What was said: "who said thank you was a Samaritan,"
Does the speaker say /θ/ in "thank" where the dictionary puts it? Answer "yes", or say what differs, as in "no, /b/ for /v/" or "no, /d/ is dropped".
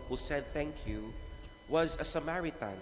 yes